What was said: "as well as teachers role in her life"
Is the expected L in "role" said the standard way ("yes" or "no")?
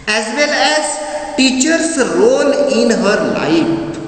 no